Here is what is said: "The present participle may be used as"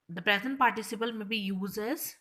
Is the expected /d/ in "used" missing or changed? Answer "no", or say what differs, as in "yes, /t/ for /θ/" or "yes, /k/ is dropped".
yes, /d/ is dropped